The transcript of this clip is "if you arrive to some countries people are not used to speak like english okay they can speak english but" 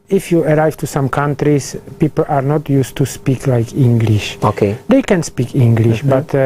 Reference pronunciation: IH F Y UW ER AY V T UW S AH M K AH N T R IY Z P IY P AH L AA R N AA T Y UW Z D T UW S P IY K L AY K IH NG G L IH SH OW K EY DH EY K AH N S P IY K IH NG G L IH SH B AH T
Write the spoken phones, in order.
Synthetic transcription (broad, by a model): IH F Y UW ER AY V T UW S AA M K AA N T R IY S P IY P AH L AA R N AA T Y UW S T T UW S P IY K L AY K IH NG G L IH SH OW K EY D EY K AH N S P IY K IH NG G L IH SH B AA T